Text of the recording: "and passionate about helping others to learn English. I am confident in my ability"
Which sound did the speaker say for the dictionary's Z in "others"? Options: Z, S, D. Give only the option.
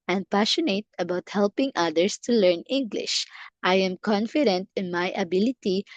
S